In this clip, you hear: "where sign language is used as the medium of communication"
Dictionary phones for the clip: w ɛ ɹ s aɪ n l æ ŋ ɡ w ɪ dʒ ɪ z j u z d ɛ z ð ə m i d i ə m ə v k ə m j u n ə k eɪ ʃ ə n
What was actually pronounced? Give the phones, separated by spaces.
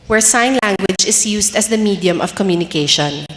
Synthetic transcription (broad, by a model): w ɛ ɹ s aɪ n l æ ŋ ɡ w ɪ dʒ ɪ s j u s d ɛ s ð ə m i d i ə m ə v k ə m j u n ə k eɪ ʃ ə n